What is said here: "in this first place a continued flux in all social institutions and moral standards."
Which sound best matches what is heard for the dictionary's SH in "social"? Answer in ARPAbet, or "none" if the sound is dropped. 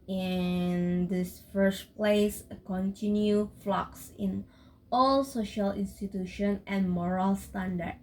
SH